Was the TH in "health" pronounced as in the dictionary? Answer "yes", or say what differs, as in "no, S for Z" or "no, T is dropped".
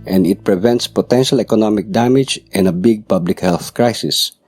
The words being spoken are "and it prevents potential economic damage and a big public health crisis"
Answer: yes